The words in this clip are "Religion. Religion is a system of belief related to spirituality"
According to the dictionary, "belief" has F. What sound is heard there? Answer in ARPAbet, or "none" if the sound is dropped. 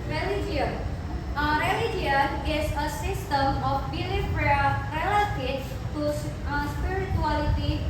P